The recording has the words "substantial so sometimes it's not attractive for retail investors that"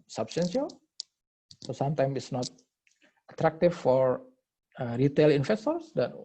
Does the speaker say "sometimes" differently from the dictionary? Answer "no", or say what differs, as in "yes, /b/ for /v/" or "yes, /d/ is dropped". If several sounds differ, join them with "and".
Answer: yes, /z/ is dropped